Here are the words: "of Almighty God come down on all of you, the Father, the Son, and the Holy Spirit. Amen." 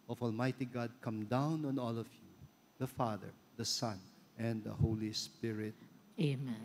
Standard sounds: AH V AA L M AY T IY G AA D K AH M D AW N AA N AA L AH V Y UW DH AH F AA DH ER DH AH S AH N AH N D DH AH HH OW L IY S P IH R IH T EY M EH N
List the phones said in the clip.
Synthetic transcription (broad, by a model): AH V AA L M AY T IY G AA D K AH M D AW N AA N AA L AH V Y UW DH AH F AA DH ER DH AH S AH N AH N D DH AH HH OW L IY S P IH R IH T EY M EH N